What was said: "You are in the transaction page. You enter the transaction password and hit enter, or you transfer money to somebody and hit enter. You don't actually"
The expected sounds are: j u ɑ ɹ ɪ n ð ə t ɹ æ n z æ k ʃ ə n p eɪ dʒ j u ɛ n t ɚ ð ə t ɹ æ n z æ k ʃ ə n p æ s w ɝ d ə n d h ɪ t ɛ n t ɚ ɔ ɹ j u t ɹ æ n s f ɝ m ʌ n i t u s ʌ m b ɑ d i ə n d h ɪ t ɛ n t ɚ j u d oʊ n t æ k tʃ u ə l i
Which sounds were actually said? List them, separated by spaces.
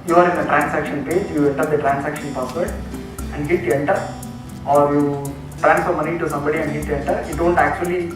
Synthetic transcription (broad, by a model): j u ɑ ɹ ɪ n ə t ɹ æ n s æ k ʃ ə n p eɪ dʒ j u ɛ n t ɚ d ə t ɹ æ n s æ k ʃ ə n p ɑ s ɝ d ə n d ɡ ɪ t ɛ n t ɚ ɔ ɹ j u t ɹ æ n f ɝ m ʌ n i t u s ʌ m b ɑ d i ə n d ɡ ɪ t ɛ n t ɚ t d oʊ n t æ k tʃ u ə l i